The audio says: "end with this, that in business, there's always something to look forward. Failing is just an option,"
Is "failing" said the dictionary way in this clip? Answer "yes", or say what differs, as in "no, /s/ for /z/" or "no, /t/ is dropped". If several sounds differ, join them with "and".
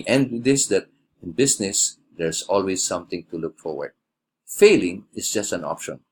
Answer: yes